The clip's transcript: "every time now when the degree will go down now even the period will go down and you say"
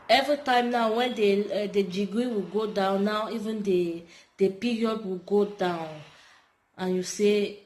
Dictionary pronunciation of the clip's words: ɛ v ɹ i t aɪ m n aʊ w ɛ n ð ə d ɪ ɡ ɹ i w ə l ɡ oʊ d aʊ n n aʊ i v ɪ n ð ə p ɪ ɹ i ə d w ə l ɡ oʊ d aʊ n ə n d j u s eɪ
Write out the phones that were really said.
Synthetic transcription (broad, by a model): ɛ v ɹ i t aɪ m n aʊ w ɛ n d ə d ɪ ɡ ɹ i w ə l ɡ oʊ d aʊ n n aʊ i v ɪ n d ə p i ɹ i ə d w ə l ɡ oʊ d aʊ n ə n j u s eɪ